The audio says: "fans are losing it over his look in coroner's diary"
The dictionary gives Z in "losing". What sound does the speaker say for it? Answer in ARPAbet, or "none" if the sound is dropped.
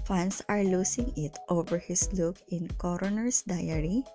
S